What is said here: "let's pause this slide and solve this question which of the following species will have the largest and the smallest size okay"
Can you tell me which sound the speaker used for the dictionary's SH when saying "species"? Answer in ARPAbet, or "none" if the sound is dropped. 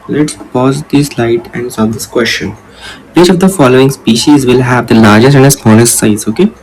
SH